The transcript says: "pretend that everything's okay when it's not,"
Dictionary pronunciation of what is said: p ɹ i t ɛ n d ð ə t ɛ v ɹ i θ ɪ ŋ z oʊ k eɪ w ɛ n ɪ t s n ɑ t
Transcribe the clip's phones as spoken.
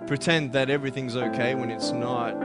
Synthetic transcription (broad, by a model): p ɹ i t ɛ n ð ə t ɛ v ɹ i θ ɪ ŋ z oʊ k eɪ w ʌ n ɪ t s n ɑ t